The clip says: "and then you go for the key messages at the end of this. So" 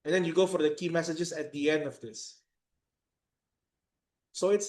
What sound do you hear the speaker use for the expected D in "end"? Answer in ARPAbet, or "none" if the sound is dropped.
D